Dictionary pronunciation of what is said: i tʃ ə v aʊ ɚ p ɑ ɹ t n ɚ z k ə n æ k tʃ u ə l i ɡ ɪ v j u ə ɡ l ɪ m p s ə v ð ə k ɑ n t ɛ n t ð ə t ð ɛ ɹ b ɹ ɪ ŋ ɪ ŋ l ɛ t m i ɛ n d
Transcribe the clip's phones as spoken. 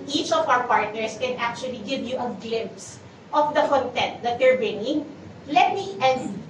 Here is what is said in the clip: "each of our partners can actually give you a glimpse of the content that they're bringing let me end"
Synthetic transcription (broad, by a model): i tʃ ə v aʊ ɚ p ɑ ɹ t n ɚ s k ə n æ k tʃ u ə l i ɡ ɪ v j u ə ɡ l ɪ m p s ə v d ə k ɑ n t ɛ n t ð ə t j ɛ ɹ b ɪ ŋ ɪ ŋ l ɛ t m i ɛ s